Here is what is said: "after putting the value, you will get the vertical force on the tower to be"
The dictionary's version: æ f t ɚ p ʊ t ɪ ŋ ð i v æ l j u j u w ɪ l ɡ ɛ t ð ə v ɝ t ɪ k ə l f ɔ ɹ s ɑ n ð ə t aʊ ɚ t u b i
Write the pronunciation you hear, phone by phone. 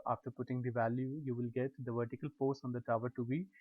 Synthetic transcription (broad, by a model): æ f t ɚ p ʊ t ɪ ŋ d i v æ l j u j u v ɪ l ɡ ɛ t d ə v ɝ t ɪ k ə l p ɔ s ɑ n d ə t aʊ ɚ t u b i